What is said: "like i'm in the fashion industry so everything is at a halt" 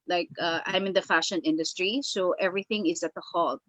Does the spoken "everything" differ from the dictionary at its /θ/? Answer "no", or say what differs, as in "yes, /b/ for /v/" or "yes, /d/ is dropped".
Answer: no